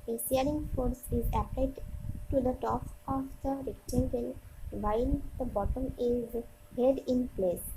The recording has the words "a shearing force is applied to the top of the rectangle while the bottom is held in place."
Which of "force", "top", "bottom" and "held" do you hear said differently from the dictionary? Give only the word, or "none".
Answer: held